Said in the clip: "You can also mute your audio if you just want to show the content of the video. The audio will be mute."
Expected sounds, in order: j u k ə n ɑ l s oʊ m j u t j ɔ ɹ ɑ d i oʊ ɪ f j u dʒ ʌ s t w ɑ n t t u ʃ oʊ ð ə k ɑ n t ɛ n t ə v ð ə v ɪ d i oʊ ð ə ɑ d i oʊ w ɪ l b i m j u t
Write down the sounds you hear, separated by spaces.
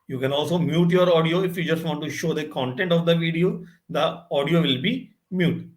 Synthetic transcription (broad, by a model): j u k ə n ɑ l s oʊ m j u t j ɔ ɹ ɑ d i oʊ ɪ f j u dʒ ʌ s t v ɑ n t t u ʃ oʊ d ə k ɑ n t ɛ n t ə v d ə v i d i oʊ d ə ɑ d i oʊ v ɪ l b i m j u t